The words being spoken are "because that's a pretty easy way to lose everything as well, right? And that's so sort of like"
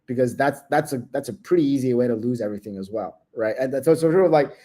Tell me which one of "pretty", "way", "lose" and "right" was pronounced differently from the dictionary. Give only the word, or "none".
none